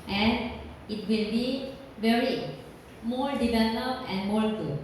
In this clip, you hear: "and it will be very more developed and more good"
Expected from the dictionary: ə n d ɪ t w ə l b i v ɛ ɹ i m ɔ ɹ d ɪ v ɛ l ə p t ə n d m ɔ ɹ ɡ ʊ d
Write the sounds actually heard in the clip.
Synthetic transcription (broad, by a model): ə n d ɪ t w ə l b i v ɛ ɹ i m ɔ ɹ d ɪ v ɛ l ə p ə n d m ɔ ɹ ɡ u